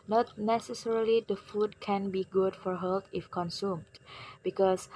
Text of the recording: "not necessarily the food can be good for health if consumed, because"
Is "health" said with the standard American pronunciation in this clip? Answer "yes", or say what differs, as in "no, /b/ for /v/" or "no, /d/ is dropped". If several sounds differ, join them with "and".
no, /t/ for /θ/